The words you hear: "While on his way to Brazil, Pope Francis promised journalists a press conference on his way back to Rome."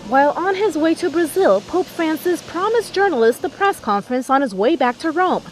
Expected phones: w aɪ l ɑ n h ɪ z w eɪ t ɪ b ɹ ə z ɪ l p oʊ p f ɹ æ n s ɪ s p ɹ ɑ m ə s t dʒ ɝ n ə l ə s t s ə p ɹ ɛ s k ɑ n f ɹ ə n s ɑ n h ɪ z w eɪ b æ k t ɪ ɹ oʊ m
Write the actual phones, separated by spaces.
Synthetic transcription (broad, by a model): w aɪ l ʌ n ɪ z w eɪ t ɪ b ɹ ə z ɪ l p oʊ p f ɹ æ n s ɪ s p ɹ ɑ m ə s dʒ ɝ n l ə s t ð ə p ɹ ɛ s k ɑ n f ɹ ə n s n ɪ z w eɪ b æ k t ɪ ɹ oʊ m